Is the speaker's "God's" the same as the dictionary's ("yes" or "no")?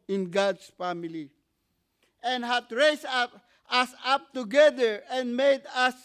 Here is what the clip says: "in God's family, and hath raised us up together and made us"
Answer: no